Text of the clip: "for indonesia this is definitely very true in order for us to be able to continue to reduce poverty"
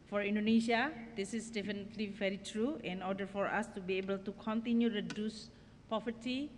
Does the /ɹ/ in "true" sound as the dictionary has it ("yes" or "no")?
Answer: yes